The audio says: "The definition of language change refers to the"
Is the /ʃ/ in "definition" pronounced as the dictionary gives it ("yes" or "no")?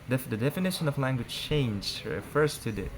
yes